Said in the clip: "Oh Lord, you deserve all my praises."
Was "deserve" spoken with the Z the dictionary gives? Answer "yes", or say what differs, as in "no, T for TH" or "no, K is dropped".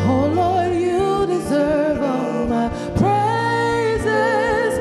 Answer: yes